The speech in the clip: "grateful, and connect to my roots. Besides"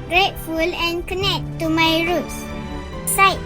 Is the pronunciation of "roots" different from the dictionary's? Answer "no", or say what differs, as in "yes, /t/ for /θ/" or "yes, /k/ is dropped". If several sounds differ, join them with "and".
no